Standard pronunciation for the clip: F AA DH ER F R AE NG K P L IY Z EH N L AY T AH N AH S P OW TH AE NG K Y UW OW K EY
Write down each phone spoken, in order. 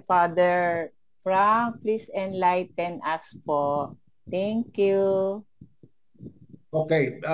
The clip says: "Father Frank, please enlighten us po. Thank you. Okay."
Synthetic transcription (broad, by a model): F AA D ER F R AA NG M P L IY S EH N L AY T AH N AH S P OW T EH NG K Y UW OW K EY